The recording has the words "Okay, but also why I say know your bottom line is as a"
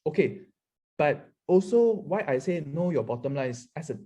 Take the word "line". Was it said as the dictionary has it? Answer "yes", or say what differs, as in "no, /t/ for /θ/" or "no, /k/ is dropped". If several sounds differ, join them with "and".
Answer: no, /n/ is dropped